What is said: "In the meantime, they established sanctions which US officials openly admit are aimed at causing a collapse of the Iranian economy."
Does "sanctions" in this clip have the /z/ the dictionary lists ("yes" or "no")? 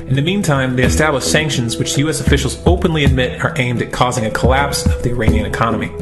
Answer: yes